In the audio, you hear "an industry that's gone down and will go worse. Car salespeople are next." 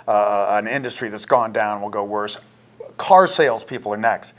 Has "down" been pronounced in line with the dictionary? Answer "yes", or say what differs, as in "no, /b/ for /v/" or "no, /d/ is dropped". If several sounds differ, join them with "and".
no, /n/ is dropped